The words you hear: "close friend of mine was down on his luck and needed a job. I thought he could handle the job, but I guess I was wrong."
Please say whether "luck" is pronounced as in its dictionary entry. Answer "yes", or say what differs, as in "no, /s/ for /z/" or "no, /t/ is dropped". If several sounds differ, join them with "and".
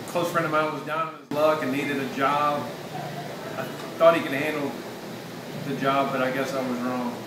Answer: yes